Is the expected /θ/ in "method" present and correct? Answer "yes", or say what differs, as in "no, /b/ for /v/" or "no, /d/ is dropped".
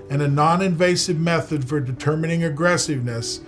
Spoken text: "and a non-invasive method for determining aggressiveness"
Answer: yes